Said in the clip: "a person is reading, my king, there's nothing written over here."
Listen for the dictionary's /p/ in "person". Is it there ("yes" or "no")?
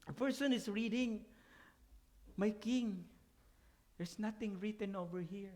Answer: no